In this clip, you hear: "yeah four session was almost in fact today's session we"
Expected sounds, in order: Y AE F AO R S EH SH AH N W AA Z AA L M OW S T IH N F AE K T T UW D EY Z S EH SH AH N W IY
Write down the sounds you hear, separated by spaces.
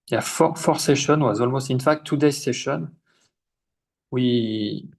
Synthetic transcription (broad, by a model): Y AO F AO R S EH SH AH N W AA Z AA L M OW S T IH N F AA K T T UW D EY S EH SH AH N W IY